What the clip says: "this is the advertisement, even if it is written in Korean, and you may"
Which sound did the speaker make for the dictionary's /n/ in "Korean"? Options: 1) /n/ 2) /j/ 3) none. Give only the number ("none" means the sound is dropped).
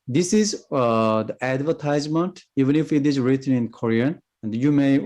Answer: 1